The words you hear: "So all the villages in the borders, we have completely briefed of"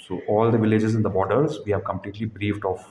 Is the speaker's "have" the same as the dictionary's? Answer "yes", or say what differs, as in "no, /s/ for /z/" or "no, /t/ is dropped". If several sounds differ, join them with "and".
yes